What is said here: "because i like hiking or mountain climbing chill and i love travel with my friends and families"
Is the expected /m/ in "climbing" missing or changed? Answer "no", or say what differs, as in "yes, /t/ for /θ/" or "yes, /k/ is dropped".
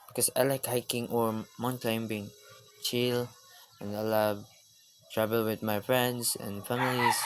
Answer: yes, /m/ is dropped